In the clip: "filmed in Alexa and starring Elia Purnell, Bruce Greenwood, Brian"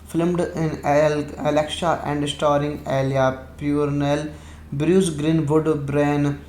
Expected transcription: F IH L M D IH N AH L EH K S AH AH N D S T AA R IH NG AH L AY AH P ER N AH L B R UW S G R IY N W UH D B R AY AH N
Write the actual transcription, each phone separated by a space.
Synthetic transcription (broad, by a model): F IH L M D IH N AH L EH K SH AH AH N D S T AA R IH NG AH L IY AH P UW N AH L B R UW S G R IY N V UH D B R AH N